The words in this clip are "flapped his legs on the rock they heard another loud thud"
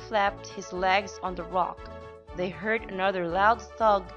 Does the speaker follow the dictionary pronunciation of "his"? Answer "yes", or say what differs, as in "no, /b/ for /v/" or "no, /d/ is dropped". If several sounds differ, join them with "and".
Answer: yes